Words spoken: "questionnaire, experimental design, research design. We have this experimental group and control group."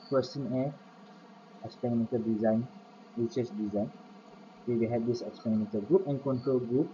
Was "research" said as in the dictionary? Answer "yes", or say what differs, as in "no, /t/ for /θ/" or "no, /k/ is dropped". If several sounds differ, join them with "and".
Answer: no, /s/ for /tʃ/